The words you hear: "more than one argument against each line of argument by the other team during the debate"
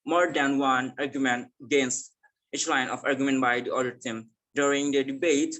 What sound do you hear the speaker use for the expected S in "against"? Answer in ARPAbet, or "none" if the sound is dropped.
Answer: S